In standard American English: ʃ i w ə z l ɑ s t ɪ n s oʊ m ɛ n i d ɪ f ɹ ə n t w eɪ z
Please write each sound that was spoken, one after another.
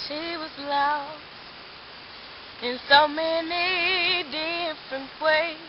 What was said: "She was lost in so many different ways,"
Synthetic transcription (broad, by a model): ʃ i w ə z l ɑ ɪ n s oʊ m ɛ n i d ɪ f ɹ ə n t w eɪ